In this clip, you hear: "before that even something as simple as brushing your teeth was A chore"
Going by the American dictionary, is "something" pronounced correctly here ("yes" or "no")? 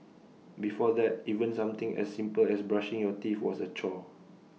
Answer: no